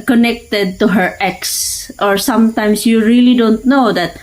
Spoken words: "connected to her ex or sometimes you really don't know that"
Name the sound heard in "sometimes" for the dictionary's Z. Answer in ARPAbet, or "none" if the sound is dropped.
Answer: S